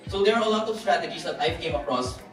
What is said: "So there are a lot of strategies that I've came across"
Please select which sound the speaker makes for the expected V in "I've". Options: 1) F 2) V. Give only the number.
1